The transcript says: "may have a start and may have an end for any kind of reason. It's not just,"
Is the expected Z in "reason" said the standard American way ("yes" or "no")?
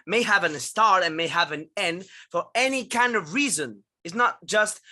yes